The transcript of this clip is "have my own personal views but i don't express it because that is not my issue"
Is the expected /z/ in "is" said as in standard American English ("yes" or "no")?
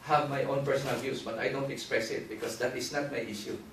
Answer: no